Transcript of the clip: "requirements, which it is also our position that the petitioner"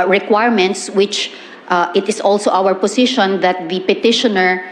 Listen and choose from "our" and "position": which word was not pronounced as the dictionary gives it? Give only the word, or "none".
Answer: position